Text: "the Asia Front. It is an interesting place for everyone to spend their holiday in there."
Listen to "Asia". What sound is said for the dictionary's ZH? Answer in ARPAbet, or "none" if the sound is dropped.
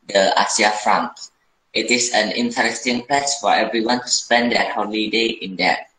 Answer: S